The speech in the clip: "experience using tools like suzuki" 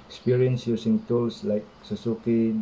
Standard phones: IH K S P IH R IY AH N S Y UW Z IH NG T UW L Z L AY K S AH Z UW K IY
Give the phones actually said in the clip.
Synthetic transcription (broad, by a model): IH K S P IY R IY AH N S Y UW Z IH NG T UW L S L AY K S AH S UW K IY